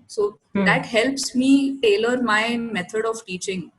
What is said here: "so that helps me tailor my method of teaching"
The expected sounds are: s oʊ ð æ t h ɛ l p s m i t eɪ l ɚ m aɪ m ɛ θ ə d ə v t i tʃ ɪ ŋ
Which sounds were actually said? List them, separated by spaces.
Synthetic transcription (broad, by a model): s oʊ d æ t h ɛ l p s m i t eɪ l ɚ m aɪ m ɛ t ə d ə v t i tʃ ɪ ŋ